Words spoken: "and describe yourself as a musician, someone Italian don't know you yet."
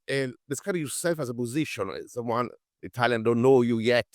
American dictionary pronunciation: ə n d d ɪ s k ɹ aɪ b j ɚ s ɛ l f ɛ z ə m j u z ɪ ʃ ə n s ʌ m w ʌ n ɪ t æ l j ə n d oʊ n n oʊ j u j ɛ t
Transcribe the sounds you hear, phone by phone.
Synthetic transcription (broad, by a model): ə n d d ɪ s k aɪ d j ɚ s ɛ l f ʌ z ə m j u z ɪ ʃ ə n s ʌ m w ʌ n ɪ t æ l j ə n d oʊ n n oʊ j u j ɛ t